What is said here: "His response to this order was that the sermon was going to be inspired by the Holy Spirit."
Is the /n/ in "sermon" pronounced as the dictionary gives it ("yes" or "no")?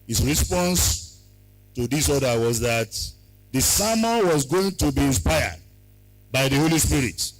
no